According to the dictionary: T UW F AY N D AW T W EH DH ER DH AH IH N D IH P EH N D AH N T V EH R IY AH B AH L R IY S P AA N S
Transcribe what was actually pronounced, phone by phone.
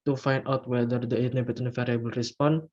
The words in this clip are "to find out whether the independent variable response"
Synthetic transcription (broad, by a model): T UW F AY N D AW T W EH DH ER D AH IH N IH B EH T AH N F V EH R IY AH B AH L R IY S P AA N